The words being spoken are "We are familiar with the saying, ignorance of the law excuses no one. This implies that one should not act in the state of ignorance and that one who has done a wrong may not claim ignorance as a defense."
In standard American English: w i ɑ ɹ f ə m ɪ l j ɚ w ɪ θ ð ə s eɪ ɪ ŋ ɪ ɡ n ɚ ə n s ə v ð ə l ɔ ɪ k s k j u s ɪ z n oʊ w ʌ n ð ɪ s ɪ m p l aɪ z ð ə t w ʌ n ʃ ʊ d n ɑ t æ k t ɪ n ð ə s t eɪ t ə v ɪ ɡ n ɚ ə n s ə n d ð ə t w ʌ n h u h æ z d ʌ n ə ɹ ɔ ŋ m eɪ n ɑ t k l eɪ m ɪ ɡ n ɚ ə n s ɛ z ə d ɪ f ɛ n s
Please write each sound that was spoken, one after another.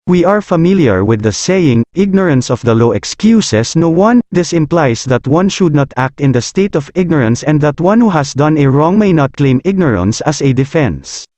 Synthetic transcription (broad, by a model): w i ɑ ɹ f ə m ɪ l j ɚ w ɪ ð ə s eɪ ɪ ŋ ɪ ɡ n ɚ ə n s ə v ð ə l ɔ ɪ k s k j u s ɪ s n oʊ w ʌ n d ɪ s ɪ m p l aɪ s ð ə t w ʌ n ʃ ʊ d n ɑ t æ k t ɪ n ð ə s t eɪ t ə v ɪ ɡ n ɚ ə n s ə n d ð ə t w ʌ n h u h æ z d ʌ n ə ɹ ɔ ŋ m eɪ n ɑ t k l eɪ m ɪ ɡ n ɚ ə n s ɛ s ə d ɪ f ɛ n s